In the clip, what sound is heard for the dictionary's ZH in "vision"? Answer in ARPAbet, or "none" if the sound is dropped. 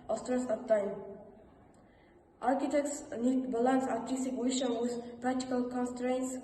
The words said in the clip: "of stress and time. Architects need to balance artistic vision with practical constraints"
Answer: SH